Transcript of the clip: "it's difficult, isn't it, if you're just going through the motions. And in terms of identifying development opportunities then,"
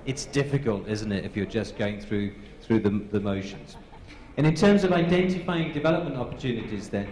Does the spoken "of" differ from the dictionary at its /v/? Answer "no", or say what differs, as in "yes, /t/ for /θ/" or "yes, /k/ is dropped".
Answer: no